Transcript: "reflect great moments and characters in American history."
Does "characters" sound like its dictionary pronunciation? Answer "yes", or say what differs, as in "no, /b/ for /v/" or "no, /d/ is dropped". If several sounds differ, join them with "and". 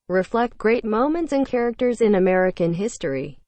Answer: yes